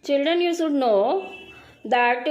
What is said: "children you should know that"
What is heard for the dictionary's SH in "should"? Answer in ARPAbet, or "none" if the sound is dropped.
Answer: S